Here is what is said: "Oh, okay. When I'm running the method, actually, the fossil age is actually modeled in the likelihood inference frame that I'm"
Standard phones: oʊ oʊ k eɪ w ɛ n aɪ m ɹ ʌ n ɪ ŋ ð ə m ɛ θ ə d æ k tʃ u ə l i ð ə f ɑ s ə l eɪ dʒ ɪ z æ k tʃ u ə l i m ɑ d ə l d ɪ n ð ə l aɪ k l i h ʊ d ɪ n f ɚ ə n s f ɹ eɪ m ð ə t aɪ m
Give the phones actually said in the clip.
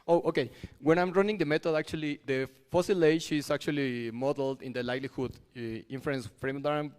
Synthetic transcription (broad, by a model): oʊ oʊ k eɪ w ɛ n aɪ m ɹ ʌ n ɪ ŋ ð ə m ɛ t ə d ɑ k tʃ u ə l i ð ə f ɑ s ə l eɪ ʃ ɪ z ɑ k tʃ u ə l i m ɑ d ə l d ɪ n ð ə l aɪ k l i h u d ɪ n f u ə n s f ɹ eɪ m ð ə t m